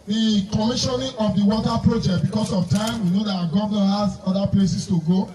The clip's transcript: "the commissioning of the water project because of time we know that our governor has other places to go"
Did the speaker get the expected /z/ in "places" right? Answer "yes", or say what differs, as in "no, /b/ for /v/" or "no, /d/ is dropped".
no, /s/ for /z/